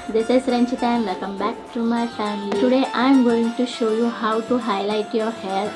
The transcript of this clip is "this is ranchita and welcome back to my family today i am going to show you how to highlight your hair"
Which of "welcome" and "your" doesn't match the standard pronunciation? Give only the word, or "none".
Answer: welcome